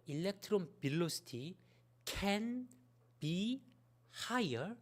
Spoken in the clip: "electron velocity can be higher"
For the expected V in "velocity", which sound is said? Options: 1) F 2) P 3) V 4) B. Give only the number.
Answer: 4